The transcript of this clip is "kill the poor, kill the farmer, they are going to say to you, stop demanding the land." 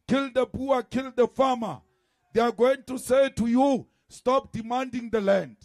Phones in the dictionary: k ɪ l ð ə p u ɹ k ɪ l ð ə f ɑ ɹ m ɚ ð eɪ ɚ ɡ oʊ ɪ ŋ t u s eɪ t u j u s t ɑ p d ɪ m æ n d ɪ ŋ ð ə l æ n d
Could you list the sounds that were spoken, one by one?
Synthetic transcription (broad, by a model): k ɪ l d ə b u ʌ k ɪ l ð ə f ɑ m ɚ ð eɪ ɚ ɡ oʊ ɪ ŋ t u s eɪ t u j u s t ɑ p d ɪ m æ n d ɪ ŋ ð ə l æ n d